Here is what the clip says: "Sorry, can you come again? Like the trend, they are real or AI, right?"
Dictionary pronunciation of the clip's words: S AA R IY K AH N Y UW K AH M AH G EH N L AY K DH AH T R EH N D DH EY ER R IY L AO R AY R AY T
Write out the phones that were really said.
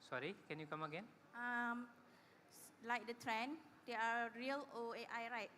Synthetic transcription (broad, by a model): S AA R IY K AH N Y UW K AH M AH G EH N L AY K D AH T R EH N D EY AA R IY L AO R AY R AY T